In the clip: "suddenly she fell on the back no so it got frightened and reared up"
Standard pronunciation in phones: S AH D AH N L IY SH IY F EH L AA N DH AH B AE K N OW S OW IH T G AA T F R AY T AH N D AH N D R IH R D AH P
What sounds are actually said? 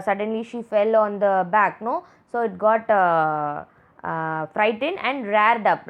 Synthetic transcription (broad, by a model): S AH D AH N L IY SH IY F EH L AA N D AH B AE K N OW S OW IH T G AA T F R AY T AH N AH N D R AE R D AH P